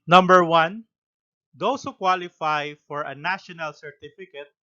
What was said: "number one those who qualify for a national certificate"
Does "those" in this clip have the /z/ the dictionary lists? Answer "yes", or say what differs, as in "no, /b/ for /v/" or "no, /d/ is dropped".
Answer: no, /s/ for /z/